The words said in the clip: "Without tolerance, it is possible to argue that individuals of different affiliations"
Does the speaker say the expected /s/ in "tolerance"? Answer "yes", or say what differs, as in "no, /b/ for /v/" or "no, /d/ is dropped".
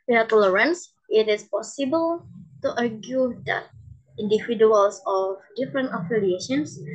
yes